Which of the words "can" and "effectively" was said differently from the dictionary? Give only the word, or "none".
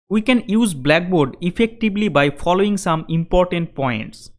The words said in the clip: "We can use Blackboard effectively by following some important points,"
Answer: effectively